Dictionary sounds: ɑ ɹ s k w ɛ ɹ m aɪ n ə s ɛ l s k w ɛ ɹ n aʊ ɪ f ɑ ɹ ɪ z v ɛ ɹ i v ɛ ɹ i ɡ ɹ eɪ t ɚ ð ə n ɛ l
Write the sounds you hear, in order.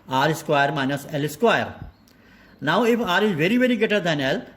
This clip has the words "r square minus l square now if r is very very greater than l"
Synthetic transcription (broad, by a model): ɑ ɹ s k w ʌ ɹ m aɪ n ə s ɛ l s k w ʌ ɹ n aʊ ɪ f ɑ ɹ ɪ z v ɛ ɹ i v ɛ ɹ i ɡ eɪ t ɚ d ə n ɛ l